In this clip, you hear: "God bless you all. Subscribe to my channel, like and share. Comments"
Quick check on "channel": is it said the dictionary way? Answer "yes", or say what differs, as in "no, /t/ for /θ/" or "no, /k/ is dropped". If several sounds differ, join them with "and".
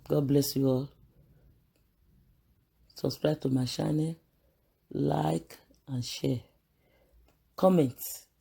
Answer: no, /ʃ/ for /tʃ/